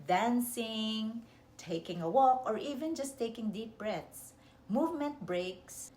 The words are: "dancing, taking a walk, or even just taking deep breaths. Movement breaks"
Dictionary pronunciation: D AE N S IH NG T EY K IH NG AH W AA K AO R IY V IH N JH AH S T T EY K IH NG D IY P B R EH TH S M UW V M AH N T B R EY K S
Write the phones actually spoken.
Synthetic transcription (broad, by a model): D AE N S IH NG T EY K IH NG AH W AA K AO R IY V IH N JH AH S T T EY K IH NG D IY P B R EH T S M UW V M AH N T B R EY K S